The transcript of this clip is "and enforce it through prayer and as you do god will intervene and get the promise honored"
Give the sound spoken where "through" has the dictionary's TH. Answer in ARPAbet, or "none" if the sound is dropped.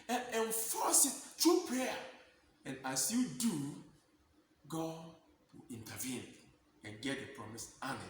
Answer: T